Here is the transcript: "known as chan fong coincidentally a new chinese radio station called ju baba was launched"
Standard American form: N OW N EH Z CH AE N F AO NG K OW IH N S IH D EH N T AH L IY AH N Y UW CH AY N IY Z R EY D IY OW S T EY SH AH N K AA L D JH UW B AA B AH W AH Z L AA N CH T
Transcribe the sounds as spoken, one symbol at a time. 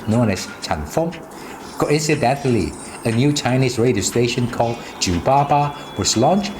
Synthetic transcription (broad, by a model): N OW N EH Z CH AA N F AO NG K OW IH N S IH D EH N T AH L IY AH N Y UW CH AY N IY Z R EY D IY OW S T EY SH AH N K AA L D JH UW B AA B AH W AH S L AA N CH